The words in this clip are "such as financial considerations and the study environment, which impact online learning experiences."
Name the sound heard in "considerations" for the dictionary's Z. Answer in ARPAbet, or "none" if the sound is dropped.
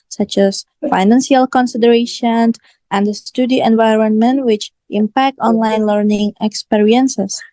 none